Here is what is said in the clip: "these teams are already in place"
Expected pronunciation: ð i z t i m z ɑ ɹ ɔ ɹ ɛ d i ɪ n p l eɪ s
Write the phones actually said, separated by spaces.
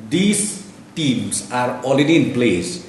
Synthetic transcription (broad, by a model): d i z t i m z ɑ ɹ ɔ l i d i n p l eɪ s